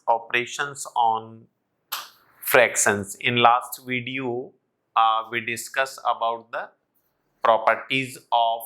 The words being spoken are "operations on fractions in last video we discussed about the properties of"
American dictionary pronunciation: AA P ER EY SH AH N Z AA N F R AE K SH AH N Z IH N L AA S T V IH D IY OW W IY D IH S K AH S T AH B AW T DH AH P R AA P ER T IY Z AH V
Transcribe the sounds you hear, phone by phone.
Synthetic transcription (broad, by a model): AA P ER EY SH AH N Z AA N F R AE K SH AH N S IH N L AA S T V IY D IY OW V IY D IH S K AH S AH B AW T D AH P R AA P ER T IY Z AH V